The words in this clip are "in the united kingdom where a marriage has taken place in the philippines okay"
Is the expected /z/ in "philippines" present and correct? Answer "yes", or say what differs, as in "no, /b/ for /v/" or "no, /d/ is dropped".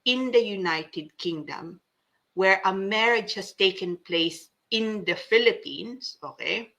no, /s/ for /z/